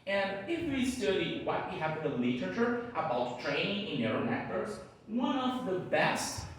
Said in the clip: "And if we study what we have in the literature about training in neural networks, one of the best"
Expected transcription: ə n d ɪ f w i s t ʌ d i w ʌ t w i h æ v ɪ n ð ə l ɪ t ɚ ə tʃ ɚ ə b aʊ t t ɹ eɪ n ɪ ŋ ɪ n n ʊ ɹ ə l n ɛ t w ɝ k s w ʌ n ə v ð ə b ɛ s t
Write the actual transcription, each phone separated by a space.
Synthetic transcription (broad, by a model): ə n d ɪ f w i s t ʌ d i w ʌ t w i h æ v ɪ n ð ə l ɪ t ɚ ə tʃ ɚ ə b aʊ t t ɹ eɪ n ɪ ŋ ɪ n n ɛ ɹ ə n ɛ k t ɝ s w ʌ n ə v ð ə b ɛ s t